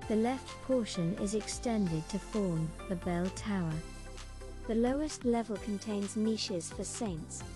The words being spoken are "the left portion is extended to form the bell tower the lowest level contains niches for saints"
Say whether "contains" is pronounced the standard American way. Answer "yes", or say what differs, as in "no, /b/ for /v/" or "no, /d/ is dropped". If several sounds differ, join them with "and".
yes